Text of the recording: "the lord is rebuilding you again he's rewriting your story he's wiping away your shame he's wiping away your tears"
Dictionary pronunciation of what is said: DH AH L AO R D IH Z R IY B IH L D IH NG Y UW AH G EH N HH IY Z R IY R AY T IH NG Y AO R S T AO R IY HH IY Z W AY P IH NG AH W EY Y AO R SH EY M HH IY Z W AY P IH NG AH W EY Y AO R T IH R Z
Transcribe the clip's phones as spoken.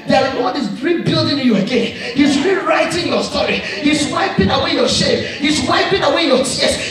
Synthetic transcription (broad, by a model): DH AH W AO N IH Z R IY B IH L D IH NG Y UW AH G EH N HH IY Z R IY R AY T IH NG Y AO S T AO R IY HH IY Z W AY P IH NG AH W EY Y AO SH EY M HH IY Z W AY P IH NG AH W EY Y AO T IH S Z